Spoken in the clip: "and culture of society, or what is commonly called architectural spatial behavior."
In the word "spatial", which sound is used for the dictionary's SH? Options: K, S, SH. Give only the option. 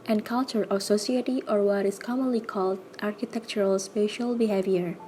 SH